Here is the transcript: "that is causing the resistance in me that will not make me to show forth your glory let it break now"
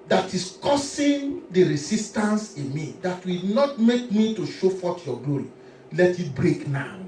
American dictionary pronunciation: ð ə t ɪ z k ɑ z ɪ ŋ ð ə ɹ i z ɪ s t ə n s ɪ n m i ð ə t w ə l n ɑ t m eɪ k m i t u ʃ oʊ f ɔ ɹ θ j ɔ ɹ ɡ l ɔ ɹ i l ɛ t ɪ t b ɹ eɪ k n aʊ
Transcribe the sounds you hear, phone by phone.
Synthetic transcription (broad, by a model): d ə t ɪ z k ɑ s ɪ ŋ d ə ɹ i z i s t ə n s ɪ m i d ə t w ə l n ɑ t m eɪ k m i t u ʃ oʊ f ɔ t j ɔ ɡ l ɔ ɹ i l ɛ t ɪ t b ɹ eɪ k n aʊ